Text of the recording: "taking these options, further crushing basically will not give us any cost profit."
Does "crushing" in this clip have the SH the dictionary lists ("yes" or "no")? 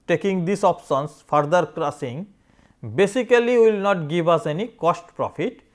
no